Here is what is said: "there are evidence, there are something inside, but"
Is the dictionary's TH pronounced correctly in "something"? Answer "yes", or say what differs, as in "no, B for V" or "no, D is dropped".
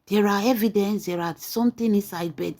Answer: no, T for TH